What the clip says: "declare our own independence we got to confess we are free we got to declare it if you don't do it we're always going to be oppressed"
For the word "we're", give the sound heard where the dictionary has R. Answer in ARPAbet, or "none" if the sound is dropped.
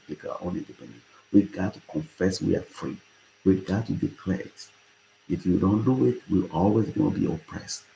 L